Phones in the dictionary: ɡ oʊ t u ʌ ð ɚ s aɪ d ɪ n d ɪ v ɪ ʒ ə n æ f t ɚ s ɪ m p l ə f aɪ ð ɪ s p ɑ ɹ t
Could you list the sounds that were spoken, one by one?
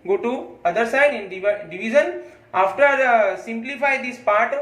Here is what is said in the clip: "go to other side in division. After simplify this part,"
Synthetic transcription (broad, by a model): ɡ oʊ t u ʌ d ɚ s aɪ d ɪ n d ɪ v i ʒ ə n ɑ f t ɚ s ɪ m p l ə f aɪ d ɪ s p ɑ ɹ t